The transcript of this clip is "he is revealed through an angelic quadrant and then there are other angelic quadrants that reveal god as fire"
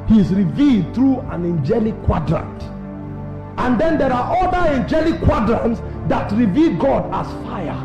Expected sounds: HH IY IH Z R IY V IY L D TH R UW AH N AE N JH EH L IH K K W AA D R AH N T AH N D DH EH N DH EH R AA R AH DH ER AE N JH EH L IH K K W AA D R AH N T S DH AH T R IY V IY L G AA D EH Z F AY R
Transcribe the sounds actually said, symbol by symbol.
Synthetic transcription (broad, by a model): HH IY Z R IY V IY L D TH R UW AH N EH N JH EH L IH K K W AA D R AH N T AH N D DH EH N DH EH R AA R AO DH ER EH N JH EH L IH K K W AA D R AH N T S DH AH T R IY V IY L G AA D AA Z F AY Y